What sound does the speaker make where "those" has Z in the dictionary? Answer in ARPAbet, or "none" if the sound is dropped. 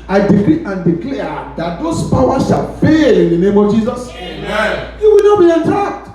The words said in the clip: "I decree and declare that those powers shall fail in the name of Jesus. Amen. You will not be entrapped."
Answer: S